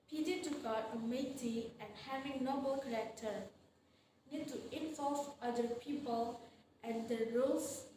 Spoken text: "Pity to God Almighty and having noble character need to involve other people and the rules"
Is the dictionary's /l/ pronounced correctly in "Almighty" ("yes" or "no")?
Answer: no